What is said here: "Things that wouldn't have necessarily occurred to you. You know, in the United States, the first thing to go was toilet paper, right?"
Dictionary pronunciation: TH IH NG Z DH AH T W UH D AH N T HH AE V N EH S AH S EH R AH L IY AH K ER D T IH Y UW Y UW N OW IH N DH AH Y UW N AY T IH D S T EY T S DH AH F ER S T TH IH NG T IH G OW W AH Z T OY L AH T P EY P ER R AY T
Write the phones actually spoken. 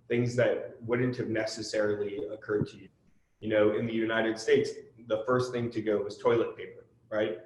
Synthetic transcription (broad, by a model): TH IH NG Z DH AH T W UH D N T HH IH V N EH S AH S EH R L IY AH K ER D T IH Y UW Y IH N OW IH N DH AH Y UW N AY T IH D S T EY T S DH AH F ER S T TH IH NG T IH G OW W AH Z T OY L AH T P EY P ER R AY T